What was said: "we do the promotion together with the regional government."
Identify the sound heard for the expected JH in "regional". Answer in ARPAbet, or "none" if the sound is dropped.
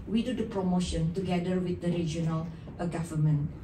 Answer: JH